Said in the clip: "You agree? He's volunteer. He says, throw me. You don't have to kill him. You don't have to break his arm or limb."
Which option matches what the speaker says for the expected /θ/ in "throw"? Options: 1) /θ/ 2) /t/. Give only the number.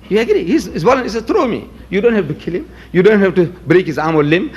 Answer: 2